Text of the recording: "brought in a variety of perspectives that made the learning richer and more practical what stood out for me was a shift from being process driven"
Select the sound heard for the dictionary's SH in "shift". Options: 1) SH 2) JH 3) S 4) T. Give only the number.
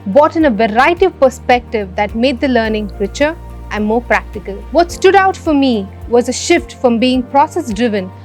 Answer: 1